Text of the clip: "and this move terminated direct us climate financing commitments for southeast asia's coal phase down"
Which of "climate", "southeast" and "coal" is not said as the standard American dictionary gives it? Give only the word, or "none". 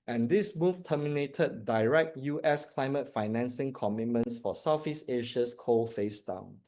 southeast